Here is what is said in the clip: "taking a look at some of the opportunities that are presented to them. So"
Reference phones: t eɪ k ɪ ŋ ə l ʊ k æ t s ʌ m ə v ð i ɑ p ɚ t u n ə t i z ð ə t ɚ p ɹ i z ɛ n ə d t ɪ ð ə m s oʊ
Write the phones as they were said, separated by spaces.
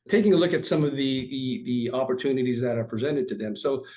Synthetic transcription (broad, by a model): t eɪ k ɪ ŋ ə l ʊ k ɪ t s ʌ m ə v ð i ɑ p ɚ t u n ə t i z ð ə t ɚ p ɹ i z ɛ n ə d t ɪ ð ə m s oʊ